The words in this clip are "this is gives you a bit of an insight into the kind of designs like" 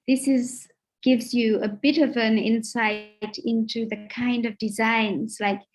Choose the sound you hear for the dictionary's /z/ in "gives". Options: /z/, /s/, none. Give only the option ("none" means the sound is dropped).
/z/